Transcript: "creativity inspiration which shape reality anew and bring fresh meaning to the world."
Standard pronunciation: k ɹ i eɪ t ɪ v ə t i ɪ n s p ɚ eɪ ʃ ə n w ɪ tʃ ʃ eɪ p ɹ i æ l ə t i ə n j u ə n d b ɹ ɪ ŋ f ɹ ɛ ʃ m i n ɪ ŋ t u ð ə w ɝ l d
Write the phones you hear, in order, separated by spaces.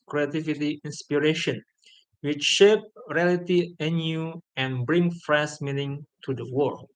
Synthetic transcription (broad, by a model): k ɹ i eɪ t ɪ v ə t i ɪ n s p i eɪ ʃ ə n w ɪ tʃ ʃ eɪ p ɹ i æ l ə t i ə n j u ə n b ɹ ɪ ŋ f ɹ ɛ s m i n ɪ ŋ t u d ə w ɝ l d